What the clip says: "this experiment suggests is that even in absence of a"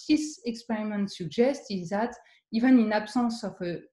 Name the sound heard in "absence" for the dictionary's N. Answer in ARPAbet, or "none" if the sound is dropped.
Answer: none